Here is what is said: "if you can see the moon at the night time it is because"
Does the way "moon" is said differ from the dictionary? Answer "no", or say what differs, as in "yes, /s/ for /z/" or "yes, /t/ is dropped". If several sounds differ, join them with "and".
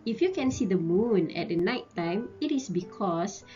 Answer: no